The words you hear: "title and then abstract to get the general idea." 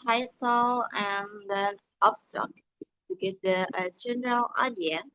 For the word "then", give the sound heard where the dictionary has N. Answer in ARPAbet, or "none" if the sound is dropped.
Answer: none